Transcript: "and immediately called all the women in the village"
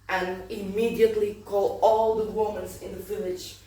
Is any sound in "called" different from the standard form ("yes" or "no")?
yes